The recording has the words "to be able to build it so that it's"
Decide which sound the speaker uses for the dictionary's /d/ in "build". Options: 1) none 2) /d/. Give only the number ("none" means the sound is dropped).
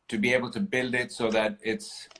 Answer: 2